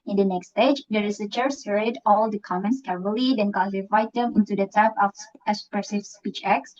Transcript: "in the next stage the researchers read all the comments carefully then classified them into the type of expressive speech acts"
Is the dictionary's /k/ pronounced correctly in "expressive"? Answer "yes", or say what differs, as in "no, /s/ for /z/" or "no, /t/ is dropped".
no, /k/ is dropped